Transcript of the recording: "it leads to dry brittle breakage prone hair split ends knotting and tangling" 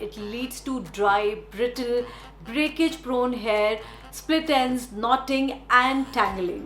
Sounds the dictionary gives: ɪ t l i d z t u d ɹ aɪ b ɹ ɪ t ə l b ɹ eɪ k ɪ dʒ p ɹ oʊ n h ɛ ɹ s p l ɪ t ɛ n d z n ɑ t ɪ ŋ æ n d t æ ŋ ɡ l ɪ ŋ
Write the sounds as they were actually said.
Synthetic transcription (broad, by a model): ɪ t l i d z t u d ɹ aɪ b ɹ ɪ t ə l b ɹ eɪ k ɪ dʒ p ɹ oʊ n h ɛ ɹ s p l ɪ t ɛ n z n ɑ t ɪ ŋ æ n d t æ ŋ ɡ l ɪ ŋ